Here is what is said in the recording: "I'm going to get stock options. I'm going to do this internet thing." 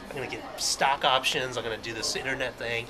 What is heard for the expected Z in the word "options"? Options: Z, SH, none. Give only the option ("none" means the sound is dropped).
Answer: Z